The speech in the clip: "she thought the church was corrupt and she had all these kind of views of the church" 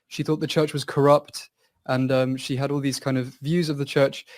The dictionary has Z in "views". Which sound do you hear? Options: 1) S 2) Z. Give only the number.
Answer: 2